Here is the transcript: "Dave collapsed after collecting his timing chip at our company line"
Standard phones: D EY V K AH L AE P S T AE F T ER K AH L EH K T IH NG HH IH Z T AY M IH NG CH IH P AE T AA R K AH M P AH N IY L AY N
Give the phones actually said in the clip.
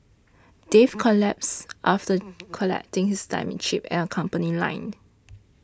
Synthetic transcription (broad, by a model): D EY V K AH L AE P S T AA F T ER K AH L EH K T IH NG HH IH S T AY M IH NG SH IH P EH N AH K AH M P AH N IY L AY N